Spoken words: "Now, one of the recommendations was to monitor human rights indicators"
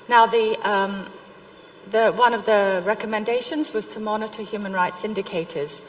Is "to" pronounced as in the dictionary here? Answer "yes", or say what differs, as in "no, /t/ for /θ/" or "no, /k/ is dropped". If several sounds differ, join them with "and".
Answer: yes